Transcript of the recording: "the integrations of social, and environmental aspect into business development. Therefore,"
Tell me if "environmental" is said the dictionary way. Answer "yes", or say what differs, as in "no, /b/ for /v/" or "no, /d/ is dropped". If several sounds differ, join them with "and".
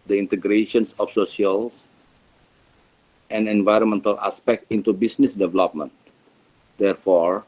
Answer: yes